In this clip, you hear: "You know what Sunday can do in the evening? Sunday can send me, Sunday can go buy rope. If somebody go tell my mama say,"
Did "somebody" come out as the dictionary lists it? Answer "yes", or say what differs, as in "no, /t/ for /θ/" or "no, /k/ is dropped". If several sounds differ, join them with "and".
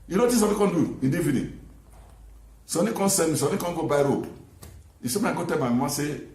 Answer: no, /b/ is dropped